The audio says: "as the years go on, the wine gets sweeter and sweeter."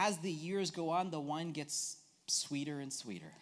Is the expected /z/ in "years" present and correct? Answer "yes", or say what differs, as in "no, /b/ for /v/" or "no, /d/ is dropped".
yes